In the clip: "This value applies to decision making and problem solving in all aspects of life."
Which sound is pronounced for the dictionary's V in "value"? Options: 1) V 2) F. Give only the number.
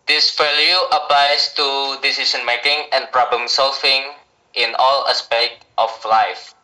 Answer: 2